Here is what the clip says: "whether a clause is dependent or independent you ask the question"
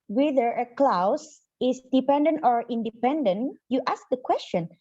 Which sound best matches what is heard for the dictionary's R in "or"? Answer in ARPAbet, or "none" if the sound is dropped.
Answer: R